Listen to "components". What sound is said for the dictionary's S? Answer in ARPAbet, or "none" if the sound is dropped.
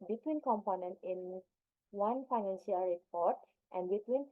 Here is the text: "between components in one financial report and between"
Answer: none